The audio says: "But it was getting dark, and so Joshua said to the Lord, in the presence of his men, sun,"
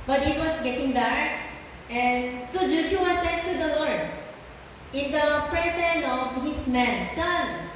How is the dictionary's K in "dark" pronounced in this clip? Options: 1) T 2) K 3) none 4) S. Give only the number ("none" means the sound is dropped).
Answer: 3